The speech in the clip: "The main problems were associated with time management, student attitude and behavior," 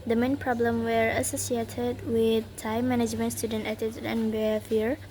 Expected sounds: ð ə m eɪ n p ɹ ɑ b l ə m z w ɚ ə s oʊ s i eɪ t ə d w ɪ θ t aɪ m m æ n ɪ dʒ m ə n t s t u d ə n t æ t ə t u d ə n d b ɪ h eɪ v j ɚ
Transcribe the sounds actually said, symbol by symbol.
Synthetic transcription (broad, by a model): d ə m eɪ n p ɹ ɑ b l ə m w ɚ ə s oʊ s i eɪ t ə d w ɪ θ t aɪ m m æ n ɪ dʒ m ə n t s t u d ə n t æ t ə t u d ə n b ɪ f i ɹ